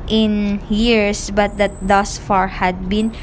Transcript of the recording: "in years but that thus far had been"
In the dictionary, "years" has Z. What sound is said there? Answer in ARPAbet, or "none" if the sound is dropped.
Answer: S